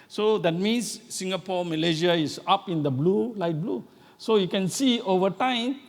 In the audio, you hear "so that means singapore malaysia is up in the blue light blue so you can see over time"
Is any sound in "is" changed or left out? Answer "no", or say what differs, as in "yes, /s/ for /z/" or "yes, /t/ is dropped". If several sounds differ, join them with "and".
yes, /s/ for /z/